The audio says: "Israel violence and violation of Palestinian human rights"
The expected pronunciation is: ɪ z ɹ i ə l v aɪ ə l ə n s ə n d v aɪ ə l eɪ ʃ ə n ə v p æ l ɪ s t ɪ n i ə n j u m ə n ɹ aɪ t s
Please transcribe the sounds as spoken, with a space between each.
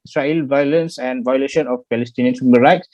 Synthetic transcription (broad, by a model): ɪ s ɹ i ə l v aɪ ə l ə n s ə n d v aɪ ə l eɪ ʃ ə n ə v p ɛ l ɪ s t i n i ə n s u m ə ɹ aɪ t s